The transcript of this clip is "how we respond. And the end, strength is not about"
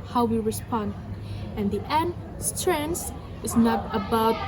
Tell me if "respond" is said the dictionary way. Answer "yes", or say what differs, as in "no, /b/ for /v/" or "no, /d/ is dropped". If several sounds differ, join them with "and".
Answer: yes